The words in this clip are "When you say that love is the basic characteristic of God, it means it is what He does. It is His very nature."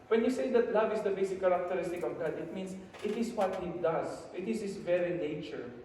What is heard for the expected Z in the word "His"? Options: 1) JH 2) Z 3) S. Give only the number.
3